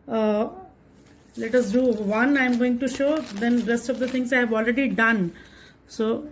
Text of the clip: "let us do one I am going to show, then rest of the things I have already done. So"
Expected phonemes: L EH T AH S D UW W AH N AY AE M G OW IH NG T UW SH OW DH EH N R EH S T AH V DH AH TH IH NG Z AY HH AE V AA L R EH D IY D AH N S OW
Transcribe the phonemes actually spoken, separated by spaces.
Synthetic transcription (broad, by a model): L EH T AH S D UW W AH N AY M G OW IH NG T UW SH OW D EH N R EH S T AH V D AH T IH NG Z AY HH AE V AA L R EH D IY D AH N S OW